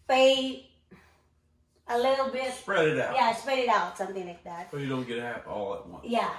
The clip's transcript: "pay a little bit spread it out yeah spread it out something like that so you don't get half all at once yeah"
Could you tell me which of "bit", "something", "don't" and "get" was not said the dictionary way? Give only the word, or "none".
none